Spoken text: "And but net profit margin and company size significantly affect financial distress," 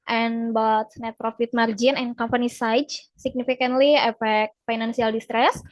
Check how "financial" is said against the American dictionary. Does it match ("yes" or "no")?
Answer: no